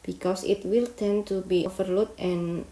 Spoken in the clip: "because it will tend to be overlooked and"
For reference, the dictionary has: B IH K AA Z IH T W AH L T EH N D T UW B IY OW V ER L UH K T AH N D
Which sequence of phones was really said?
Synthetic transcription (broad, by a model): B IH K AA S IH T W AH L T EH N T UW B IY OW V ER L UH T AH N